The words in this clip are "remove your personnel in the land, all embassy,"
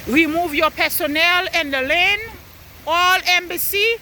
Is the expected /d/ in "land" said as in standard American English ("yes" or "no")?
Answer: no